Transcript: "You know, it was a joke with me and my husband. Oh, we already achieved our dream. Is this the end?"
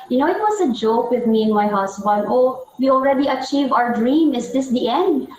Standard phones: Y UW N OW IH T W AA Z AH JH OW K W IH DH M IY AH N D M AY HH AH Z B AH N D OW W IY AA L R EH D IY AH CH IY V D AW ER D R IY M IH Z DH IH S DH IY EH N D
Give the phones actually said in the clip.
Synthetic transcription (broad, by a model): Y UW N OW IH T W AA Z AH JH OW K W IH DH M IY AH N M AY HH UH S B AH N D OW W IY AA L R EH D IY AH CH IY V AW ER D R IY M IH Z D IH S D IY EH N D